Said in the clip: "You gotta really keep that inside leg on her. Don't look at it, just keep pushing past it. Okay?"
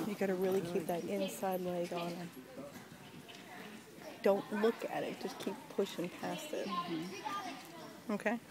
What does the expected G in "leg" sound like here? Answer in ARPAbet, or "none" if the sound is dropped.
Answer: none